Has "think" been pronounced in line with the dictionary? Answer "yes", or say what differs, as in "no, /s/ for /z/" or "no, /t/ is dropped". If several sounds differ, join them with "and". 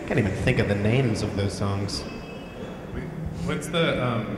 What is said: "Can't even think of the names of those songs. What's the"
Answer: yes